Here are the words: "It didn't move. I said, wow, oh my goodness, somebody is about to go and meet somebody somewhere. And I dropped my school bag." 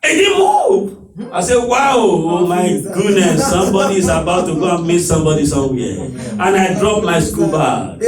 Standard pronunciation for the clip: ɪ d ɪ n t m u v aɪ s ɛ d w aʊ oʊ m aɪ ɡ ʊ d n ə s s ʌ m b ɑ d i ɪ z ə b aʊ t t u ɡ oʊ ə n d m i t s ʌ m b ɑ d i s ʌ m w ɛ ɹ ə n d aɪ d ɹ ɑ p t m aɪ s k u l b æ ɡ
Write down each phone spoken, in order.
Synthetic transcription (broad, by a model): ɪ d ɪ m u p aɪ s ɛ w aʊ oʊ m aɪ ɡ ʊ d n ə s s ʌ m b ɑ d i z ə b aʊ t t u ɡ oʊ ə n m i t s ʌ m b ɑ d i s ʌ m w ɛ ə n aɪ d ɹ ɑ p m aɪ s k u l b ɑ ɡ